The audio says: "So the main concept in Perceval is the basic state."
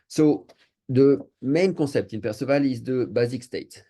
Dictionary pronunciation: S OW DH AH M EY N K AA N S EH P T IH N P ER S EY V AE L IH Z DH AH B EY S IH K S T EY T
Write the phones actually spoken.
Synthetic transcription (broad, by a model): S OW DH AH M EY N K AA S EH P T IH N P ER S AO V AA L IH Z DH AH B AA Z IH K S T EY T